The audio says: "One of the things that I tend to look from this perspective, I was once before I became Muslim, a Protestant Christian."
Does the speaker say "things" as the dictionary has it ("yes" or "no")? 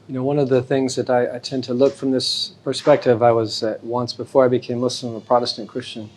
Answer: yes